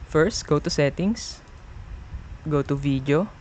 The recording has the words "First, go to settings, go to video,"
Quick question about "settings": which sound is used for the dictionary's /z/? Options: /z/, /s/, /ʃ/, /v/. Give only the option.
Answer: /s/